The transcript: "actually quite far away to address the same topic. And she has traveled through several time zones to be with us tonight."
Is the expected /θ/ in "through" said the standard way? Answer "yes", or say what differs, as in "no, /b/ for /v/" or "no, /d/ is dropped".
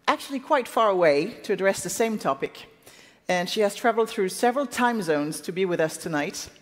yes